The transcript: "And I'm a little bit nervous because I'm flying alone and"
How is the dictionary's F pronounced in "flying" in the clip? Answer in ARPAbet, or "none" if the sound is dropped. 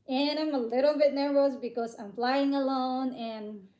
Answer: F